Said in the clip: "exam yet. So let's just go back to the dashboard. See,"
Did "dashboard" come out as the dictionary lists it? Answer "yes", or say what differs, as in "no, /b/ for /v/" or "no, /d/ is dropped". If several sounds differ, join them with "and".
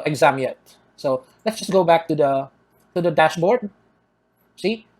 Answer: yes